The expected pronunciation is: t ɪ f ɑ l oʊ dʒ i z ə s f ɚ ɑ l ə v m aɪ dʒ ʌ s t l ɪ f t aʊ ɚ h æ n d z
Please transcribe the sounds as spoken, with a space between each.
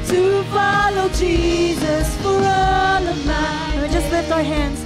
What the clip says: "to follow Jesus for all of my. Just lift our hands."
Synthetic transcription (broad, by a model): t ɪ f ɑ l oʊ dʒ i z ə s f ɚ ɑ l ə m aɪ dʒ ʌ s t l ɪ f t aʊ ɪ h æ n d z